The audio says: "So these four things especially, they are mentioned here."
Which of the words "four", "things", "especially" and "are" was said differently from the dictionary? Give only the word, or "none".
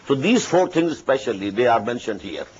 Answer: things